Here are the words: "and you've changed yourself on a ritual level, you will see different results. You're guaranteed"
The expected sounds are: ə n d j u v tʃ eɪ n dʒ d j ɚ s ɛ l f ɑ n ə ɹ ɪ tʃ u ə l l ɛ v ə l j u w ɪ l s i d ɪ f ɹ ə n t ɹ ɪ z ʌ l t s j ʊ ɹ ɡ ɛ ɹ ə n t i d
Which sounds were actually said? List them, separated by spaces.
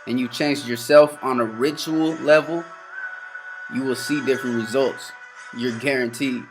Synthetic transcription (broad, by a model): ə n j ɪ tʃ eɪ n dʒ j ɚ s ɛ l f n ə ɹ ɪ tʃ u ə l l ɛ v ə l j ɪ w ɪ l s i d ɪ f ɹ ə n t ɹ ɪ z ʌ l t s j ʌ ɹ ɡ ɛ ɹ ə n t i